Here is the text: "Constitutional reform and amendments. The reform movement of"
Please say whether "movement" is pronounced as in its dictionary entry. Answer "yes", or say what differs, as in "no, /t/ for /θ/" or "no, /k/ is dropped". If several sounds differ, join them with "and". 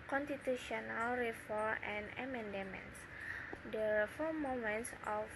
no, /v/ is dropped